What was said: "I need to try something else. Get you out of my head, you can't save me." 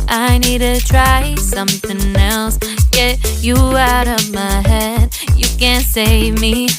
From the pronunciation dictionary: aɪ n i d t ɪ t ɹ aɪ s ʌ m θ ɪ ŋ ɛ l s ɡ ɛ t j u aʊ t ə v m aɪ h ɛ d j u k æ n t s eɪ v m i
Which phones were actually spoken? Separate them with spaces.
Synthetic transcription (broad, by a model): aɪ n i d t ɪ t ɹ aɪ s ʌ m θ ɪ ŋ ɛ l s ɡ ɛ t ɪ aʊ t ə v m aɪ h ɛ d j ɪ k æ n t s eɪ v m i